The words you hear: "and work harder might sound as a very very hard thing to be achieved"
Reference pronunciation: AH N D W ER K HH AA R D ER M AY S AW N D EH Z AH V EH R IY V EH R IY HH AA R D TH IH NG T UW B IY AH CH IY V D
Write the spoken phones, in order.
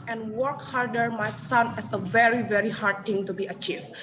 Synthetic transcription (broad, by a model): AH N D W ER K HH AA R D ER M AY S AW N EH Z AH V EH R IY V EH R IY HH AA R D T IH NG T UW B IY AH CH IY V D